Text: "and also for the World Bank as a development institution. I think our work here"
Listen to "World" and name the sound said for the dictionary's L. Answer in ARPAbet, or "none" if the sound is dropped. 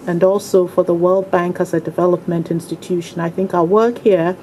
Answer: L